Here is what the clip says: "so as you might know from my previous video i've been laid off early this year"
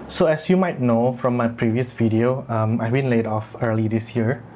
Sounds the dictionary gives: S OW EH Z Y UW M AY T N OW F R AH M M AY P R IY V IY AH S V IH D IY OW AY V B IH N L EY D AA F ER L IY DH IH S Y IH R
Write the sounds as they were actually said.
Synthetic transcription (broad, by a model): S OW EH S Y UW M AY T N OW F R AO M M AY P R IY V IY AH S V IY D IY OW AY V B IH N L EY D AA F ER L IY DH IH S Y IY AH